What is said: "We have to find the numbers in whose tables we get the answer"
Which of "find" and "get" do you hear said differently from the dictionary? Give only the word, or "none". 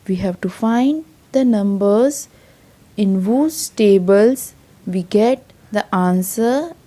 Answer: none